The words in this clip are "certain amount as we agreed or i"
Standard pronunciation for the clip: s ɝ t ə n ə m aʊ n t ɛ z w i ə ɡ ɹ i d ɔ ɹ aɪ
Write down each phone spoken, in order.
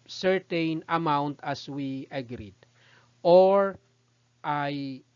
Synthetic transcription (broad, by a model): s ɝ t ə n ə m aʊ n t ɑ s w i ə ɡ ɹ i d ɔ ɹ aɪ